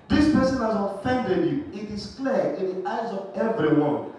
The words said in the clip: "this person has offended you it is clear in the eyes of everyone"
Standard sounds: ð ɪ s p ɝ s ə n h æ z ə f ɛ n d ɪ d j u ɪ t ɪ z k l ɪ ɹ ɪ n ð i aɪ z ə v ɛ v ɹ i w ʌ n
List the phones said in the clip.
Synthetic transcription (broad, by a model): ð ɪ s p ɝ s ə n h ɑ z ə f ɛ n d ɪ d j u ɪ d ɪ s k l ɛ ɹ ɪ n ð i aɪ z ə v ɛ v ɹ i w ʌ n